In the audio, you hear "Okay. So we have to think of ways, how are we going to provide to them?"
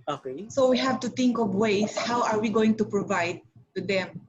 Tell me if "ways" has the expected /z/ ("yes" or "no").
no